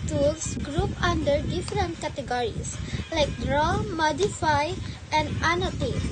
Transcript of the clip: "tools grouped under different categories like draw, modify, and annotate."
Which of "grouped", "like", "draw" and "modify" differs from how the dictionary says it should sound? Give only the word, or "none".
grouped